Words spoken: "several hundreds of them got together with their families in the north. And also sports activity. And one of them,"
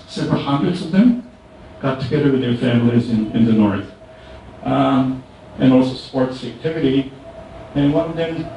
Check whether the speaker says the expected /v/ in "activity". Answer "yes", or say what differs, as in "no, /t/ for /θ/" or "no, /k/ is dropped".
yes